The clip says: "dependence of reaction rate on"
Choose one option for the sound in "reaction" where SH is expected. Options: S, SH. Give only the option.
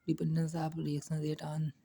S